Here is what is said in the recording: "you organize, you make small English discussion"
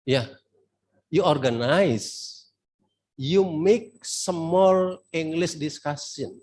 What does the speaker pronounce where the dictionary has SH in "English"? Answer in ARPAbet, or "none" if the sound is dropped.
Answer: S